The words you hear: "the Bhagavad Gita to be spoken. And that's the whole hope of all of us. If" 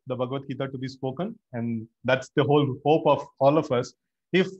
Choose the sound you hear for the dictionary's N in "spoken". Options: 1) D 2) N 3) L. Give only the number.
2